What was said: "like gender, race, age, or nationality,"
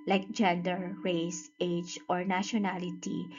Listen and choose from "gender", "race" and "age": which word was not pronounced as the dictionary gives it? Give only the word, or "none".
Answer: none